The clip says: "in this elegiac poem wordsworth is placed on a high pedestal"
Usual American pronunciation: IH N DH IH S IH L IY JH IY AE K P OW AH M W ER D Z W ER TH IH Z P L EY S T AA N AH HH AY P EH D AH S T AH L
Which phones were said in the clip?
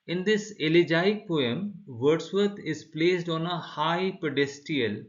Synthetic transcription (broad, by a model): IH N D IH S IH L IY JH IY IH K P OW AH M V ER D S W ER T IH Z P L EY S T AA N AH HH AY P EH D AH S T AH L